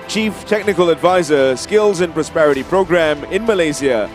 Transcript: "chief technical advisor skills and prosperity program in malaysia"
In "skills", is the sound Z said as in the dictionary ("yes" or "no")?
yes